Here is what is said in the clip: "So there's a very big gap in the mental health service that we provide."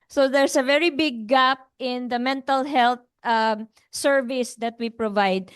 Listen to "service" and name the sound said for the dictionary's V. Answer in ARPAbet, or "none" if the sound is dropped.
V